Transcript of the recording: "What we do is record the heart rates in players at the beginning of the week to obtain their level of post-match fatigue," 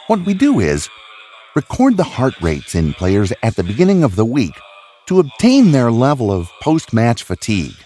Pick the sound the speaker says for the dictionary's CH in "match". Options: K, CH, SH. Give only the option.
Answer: CH